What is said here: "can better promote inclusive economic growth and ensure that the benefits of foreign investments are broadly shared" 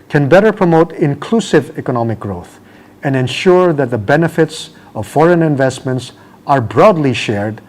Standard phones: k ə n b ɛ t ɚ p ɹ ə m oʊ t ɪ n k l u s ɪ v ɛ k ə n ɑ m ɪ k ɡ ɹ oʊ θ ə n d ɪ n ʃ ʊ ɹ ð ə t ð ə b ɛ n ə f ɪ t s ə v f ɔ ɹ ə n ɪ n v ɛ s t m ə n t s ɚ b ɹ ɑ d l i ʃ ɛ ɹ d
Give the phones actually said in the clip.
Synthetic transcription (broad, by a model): k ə n b ɛ t ɚ p ɹ ə m oʊ t ɪ n k l u s ɪ v ɛ k ə n ɑ m ɪ k ɡ ɹ oʊ θ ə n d ɪ n ʃ ʊ ɹ ð ə t ð ə b ɛ n ə f ɪ t s ə v f ɔ ɹ ə n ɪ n v ɛ s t m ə n t s ɚ b ɹ ɑ d l i ʃ ɛ ɹ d